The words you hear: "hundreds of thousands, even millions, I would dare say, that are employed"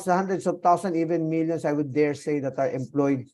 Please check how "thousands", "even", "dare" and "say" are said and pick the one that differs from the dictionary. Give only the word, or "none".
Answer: thousands